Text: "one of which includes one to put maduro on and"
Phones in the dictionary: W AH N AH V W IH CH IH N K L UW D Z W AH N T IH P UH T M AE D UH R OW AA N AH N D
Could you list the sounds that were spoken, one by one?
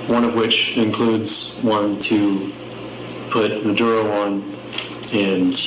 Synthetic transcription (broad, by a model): W AH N AH V W IH CH IH N K L UW D Z W AH N T IH P UH T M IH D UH R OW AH N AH N